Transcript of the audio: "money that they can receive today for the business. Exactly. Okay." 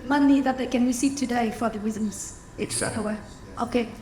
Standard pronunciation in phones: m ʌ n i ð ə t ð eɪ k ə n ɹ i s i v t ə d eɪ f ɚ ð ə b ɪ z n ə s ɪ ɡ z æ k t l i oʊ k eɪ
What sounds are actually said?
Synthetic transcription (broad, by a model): m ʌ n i ð ə t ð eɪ k ə n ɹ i s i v t ə d eɪ f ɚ ð ə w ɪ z ə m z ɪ t w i oʊ k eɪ